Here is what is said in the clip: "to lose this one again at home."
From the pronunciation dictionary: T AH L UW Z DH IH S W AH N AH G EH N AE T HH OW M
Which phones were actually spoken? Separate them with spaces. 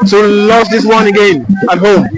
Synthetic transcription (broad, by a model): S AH L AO S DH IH S W AH N AH G EH N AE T HH OW M